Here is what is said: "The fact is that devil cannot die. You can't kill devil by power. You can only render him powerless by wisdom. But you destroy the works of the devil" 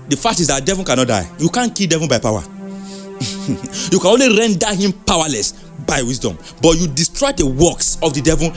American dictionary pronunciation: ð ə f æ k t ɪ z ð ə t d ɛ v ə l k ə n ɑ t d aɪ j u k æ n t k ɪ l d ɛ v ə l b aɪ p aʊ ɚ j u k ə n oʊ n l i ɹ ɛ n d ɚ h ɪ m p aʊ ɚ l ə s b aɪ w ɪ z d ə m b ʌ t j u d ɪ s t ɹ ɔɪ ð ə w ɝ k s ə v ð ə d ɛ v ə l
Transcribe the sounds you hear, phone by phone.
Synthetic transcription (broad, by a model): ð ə f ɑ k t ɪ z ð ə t d ɛ v ə l k ə n ɑ t d aɪ j u k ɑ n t k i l d ɛ v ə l b aɪ p aʊ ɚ j u k ə n oʊ n l i ɹ ɛ n d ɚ h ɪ m p aʊ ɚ l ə s b aɪ w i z d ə m b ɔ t j u d ɪ s t ɹ ɔɪ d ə w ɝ k s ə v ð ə d ɛ v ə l